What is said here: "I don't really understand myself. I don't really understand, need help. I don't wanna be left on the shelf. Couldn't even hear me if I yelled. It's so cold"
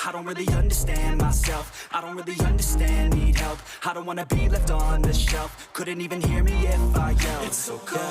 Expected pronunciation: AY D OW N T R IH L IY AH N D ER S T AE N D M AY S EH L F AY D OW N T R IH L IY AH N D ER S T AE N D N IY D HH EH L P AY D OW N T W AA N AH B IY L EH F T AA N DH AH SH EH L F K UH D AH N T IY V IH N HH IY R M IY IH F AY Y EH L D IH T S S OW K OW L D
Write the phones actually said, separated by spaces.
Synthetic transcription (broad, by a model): AY D OW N T R IH L IY AH N D ER S T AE N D M AY S EH L F AY D OW N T R IH L IY AH N D ER S T AE N D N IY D HH EH L P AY D OW N T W AA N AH B IY L EH F T N DH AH SH EH L F K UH D N T IY V IH N HH IY R M IY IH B AY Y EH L IH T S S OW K